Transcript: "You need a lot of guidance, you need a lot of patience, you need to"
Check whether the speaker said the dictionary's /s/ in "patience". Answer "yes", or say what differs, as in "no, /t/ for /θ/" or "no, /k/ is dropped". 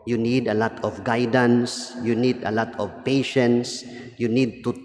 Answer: yes